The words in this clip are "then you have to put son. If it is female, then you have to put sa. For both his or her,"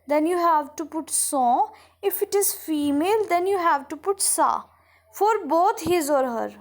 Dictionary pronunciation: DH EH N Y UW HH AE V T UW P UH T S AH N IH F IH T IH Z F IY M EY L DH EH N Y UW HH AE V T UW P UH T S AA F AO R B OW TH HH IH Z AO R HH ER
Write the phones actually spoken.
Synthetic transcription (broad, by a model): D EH N Y UW HH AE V T UW P UH T S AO IH F IH T IH Z F IY M EY L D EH N Y UW HH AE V T UW P UH T S AA F AO R B OW T HH IH Z AO R HH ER